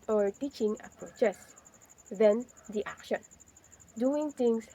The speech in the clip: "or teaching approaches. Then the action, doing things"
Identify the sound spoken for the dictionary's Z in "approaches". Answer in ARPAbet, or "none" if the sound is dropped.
S